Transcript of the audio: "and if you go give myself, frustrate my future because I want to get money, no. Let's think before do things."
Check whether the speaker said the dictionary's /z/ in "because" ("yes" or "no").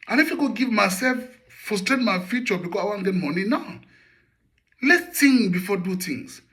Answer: no